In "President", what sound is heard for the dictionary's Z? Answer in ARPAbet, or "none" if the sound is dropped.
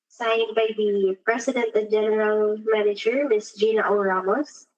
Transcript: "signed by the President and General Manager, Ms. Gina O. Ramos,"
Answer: S